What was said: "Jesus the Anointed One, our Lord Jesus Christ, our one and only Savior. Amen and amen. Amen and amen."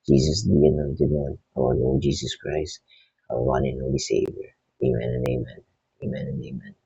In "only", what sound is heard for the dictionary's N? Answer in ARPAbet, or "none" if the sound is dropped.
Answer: none